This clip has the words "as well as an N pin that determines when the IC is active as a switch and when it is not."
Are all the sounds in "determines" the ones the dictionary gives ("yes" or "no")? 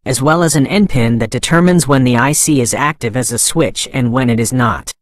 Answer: yes